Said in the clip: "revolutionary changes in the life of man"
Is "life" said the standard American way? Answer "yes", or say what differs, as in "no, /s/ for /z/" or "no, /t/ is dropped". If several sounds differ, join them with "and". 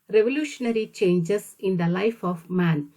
yes